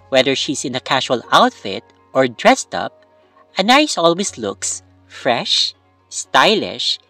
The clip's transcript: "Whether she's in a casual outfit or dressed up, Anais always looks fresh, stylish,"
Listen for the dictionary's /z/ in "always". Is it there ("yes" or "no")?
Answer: no